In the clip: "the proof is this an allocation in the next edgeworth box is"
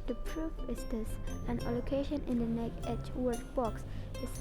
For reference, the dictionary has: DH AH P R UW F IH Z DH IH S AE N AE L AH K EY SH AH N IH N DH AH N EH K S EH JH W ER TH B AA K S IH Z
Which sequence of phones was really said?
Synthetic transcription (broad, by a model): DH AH P R UW F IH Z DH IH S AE N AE L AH K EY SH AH N IH N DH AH N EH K EH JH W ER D B AA K S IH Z